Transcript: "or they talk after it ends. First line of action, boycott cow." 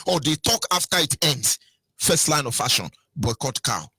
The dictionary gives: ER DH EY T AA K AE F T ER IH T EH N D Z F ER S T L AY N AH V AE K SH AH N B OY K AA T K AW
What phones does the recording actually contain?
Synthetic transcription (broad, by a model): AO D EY T AA K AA F T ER IH T EH N D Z F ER S T L AY N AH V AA SH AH N B OY K AA T K AW